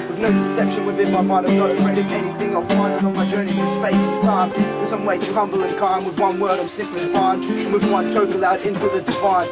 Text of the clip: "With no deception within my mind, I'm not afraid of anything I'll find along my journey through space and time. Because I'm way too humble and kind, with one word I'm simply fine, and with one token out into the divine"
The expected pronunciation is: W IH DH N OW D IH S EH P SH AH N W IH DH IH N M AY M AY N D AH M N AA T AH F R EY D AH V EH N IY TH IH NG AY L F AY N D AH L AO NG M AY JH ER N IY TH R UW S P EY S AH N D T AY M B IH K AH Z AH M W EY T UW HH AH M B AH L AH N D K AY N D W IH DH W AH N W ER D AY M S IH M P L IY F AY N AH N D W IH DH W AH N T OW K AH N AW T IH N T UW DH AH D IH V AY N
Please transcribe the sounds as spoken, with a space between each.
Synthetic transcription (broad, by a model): W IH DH N OW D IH S EH P SH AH N W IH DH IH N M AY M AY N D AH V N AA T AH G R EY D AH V EH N IY TH IH NG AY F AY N AH AH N M AY JH ER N IY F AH S P EY S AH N T AY M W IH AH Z AH M W EY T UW HH AH M B L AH N K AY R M W IH DH W AH N W ER D AY M S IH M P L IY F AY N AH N W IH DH W AH N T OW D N AW T IH N T UW DH AH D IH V AY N